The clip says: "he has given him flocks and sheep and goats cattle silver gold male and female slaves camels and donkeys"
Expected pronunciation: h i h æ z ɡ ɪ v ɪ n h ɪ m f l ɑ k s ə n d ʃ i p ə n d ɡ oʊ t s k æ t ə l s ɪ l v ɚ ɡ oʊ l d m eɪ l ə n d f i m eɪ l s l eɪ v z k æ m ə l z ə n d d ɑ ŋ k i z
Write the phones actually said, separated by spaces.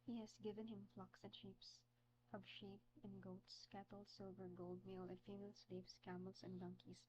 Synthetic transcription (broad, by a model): h i h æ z ɡ ɪ v ɪ n h ɪ m f l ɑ k s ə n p ʃ i p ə n ɡ oʊ t s k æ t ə l s ɪ l v ɚ ɡ oʊ l d m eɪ l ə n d f i m eɪ l s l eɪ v s k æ m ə l s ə n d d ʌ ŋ k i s